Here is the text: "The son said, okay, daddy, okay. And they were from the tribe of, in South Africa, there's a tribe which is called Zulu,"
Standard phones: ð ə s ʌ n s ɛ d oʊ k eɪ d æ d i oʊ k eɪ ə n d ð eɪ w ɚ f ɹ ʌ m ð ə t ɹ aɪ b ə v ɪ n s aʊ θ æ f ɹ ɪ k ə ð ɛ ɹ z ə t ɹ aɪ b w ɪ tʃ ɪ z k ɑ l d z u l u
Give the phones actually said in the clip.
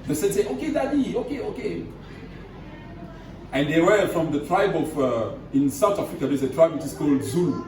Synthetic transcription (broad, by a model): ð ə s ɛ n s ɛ oʊ k eɪ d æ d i oʊ k eɪ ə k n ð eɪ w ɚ f ɹ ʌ m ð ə t ɹ aɪ b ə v ɪ n s aʊ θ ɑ f ɹ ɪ k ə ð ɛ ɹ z ə t ɹ aɪ b w ɪ tʃ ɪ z k ɑ l d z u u